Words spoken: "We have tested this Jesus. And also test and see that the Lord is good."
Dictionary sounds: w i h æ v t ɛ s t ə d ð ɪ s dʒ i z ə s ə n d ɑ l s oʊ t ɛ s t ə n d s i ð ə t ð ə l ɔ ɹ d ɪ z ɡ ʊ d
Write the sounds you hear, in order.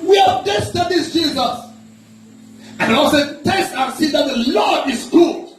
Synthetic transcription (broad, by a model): w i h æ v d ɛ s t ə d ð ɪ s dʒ i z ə s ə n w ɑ s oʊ t ɛ s t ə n s i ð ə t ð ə l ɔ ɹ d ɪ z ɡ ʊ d